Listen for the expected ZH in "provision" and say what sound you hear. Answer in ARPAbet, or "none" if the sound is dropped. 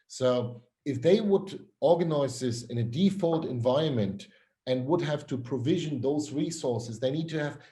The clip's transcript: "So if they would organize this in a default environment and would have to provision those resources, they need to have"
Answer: ZH